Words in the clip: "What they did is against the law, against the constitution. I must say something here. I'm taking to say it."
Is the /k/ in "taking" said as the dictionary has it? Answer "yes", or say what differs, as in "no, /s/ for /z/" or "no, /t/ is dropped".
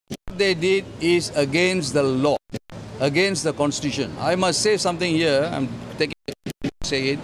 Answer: yes